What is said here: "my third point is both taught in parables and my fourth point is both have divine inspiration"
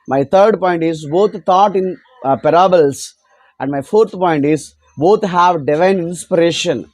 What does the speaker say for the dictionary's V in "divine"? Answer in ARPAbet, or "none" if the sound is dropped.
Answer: V